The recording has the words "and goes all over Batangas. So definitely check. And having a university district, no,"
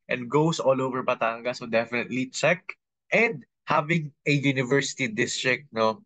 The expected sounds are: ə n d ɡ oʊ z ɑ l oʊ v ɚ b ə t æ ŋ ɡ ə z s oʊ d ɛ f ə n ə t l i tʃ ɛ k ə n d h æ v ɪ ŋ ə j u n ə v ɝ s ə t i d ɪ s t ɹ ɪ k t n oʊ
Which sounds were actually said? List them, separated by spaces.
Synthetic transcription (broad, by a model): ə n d ɡ oʊ s ɑ l oʊ v ɚ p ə t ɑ ŋ ɡ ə s oʊ d ɛ f ə n ə t l i tʃ ɛ k ə n d h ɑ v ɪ ŋ ə j u n ə v ɝ s ə t i d ɪ s t ɹ ɪ k t n oʊ